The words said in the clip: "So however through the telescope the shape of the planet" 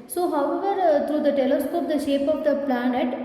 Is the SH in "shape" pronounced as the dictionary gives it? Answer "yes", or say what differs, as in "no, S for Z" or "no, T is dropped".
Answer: yes